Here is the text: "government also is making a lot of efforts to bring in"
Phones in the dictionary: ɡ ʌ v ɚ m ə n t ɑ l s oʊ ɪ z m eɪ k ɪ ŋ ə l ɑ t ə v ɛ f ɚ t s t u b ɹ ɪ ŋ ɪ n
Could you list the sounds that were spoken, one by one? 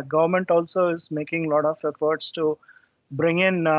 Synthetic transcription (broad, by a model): ɡ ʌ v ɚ m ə n t ɑ l s oʊ ɪ z m eɪ k ɪ ŋ l ɑ t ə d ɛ p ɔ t s t u b ɹ ɪ ŋ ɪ n